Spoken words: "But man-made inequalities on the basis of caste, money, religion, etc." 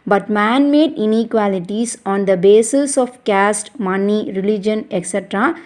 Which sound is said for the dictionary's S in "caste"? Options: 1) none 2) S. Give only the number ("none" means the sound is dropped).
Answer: 2